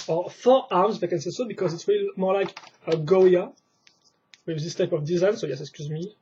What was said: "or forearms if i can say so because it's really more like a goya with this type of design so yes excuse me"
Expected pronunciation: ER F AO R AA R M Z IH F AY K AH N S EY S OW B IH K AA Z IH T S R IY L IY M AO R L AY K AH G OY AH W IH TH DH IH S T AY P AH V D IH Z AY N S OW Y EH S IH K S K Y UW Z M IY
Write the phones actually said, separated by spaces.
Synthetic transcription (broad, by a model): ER F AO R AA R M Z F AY K AH N S EY S OW B IH K AA Z IH T S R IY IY M AO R L AY K AH G OY AH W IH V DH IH S T AY P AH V D IH Z AY N S OW Y EH S IH K S K Y UW Z M IY